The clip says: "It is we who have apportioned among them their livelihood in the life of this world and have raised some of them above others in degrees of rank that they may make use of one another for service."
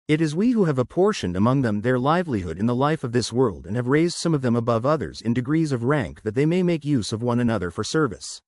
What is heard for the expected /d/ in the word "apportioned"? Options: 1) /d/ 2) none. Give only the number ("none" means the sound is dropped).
1